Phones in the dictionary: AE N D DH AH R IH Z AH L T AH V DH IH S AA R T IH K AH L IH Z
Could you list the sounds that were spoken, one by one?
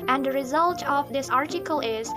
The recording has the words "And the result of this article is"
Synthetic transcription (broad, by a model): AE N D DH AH R IH Z AH L T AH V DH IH S AA R T IH K AH L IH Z